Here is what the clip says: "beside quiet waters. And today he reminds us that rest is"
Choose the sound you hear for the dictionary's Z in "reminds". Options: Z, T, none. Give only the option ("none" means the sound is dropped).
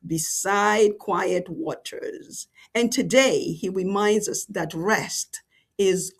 Z